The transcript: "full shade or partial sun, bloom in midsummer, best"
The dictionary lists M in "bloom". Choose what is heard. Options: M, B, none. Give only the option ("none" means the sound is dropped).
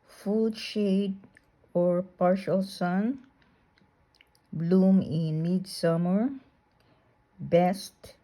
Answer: M